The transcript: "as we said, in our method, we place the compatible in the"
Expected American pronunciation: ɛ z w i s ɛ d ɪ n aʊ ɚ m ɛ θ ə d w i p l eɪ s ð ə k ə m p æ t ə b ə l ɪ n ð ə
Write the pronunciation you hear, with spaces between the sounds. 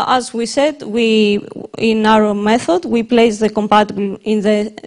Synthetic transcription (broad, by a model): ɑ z w i s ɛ d ɪ n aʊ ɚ m ɛ θ ə d w i p l eɪ s ð ə k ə m p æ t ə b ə l ɪ n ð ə